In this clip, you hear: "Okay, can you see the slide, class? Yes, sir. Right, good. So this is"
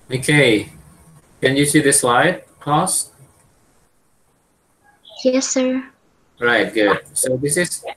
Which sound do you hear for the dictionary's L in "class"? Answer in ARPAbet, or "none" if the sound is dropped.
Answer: none